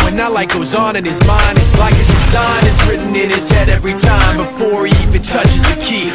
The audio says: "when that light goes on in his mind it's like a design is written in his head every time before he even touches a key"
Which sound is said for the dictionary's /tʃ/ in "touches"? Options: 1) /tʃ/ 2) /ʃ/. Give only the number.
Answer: 1